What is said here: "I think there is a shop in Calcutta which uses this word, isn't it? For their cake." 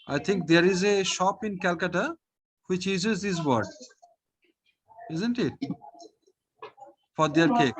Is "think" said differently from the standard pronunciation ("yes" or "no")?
yes